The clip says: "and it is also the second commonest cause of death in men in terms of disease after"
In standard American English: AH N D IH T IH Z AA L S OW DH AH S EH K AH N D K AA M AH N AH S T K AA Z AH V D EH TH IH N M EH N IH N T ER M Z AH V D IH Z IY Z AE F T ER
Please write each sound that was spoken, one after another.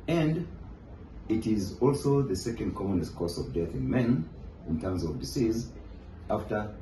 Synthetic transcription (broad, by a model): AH N D IH T IH Z AA L S OW DH AH S EH K AH N D K AA M AH N AH S T K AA S AH V D EH TH IH N M EH N IH N T ER M Z AH V D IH S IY Z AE F T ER